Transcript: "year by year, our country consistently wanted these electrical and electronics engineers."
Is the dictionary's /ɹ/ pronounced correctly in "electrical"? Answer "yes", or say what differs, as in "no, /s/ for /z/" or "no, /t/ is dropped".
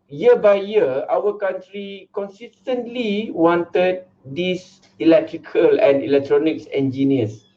yes